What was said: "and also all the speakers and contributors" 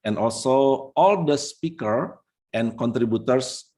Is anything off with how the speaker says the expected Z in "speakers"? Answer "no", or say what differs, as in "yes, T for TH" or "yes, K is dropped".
yes, Z is dropped